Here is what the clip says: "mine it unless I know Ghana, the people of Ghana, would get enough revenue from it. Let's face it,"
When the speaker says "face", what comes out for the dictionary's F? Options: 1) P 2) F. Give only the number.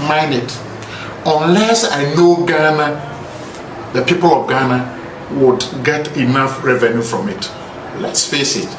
1